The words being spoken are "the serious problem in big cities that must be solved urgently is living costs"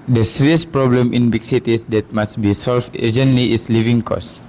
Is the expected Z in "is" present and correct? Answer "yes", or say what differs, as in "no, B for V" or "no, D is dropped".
no, S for Z